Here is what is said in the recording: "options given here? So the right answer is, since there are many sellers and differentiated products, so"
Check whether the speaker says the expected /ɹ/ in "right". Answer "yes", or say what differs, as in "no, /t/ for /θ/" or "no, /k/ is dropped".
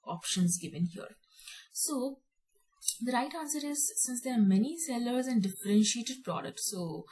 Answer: yes